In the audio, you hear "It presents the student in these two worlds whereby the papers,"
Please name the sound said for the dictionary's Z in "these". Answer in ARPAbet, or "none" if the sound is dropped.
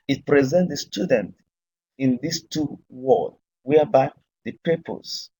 S